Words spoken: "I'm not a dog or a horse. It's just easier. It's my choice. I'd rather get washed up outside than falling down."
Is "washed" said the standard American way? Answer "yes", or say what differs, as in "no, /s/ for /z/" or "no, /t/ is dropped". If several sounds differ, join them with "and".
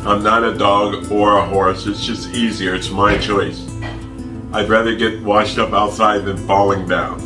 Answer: yes